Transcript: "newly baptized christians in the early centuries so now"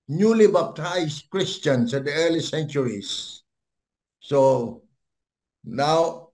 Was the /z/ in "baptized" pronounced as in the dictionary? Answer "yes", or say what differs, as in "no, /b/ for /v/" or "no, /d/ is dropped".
no, /s/ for /z/